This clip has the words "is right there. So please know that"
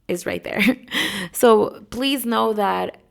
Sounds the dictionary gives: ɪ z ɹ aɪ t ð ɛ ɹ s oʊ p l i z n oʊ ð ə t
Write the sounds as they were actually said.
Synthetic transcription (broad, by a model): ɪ z ɹ aɪ t ð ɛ ɹ s oʊ p l i z n oʊ ð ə t